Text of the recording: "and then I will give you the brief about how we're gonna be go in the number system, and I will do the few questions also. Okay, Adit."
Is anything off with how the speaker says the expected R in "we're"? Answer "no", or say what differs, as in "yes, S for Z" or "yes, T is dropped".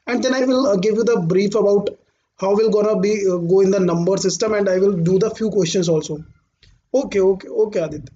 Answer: yes, L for R